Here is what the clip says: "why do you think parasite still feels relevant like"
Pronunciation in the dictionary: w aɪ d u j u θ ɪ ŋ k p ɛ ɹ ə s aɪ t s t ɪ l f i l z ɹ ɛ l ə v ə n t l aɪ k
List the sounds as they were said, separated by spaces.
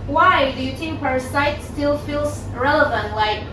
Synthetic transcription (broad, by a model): w aɪ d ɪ j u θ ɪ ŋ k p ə s aɪ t s t ɪ l f i l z ɹ ɛ l ə v ə n t l aɪ k